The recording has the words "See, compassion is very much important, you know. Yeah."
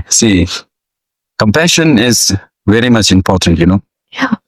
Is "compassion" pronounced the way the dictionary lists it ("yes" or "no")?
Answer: yes